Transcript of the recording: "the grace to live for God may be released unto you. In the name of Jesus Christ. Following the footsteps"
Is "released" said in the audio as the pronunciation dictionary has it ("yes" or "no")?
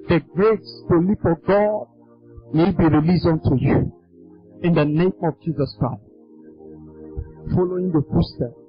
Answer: no